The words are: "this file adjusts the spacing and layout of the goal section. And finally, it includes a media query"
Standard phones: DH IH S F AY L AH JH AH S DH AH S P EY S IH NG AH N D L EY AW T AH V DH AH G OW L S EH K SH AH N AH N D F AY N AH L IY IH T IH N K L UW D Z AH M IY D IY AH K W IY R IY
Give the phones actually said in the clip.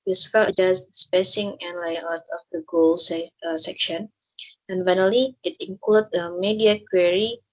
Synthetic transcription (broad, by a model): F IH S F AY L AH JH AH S S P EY S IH NG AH N L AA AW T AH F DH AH G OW L S EH K SH AH N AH N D F AY N AH L IY IH T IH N K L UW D AH M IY D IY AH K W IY R IY